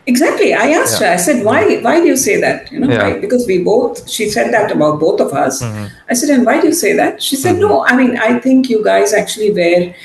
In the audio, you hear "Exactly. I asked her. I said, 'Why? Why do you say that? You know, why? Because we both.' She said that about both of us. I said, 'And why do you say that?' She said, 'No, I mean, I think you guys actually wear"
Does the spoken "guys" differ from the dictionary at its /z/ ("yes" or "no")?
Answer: no